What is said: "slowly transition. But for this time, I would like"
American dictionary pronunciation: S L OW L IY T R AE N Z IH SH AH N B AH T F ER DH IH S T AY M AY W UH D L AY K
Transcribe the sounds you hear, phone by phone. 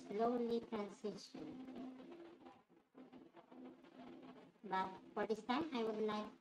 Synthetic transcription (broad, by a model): S L OW L IY T R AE N S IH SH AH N B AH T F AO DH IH S T AY M AY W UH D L AY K